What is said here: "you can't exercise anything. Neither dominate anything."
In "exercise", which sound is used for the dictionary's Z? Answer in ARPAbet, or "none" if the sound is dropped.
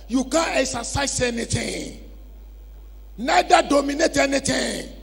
S